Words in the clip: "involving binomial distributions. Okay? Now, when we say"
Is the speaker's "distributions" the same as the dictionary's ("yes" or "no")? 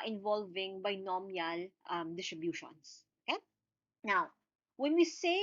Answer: no